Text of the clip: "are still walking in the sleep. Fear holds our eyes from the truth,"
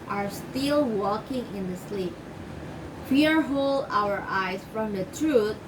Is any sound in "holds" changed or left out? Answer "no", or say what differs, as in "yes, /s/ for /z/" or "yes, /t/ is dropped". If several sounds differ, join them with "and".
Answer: yes, /z/ is dropped